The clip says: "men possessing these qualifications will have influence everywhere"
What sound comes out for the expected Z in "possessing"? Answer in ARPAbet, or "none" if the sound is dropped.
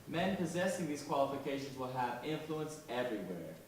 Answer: Z